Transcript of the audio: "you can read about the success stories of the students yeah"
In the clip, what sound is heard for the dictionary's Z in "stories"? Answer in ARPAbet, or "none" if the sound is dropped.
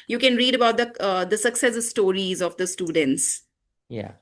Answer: Z